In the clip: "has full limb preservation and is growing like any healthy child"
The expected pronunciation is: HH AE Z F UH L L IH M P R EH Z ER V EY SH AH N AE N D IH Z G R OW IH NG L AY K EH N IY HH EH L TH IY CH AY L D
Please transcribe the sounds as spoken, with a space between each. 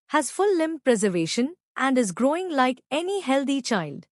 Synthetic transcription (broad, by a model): HH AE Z F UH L L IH M P R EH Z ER V EY SH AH N AE N D IH Z G R OW IH NG L AY K EH N IY HH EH L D IY CH AY L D